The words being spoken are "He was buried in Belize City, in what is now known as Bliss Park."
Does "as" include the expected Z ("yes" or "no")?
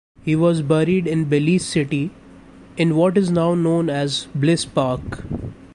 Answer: yes